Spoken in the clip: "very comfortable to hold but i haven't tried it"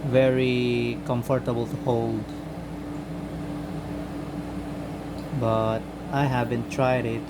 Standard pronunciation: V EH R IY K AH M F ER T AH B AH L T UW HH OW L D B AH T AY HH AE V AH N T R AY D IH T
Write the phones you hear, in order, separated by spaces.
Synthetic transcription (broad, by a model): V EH R IY K AH M F ER T AH B AH L T UW HH OW L D B AH T AY HH AE V AH N T R AY D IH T